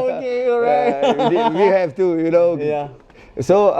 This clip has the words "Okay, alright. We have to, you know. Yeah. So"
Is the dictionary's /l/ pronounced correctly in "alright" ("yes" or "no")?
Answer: no